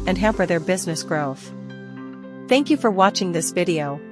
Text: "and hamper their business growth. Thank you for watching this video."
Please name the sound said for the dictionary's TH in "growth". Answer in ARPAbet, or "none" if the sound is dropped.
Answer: TH